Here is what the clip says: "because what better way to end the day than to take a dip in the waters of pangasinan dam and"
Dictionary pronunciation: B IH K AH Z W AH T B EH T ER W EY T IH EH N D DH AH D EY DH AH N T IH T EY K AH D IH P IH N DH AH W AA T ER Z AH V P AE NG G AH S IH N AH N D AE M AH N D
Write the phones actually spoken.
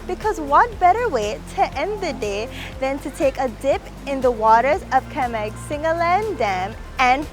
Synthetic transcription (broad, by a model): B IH K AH Z W AH T B EH T ER W EY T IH EH N D DH AH D EY DH AH N T IH T EY K AH D IH P IH N DH AH W AA T ER Z AH V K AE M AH S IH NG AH N D AE M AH N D